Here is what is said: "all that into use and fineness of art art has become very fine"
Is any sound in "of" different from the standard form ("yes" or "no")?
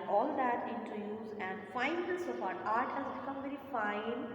yes